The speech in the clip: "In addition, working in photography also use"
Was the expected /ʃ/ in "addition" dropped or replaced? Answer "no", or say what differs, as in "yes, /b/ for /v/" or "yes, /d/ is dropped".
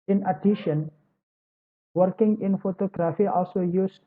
no